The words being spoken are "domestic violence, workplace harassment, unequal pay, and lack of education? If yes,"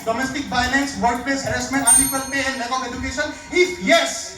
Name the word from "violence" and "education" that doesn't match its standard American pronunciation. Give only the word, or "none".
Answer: violence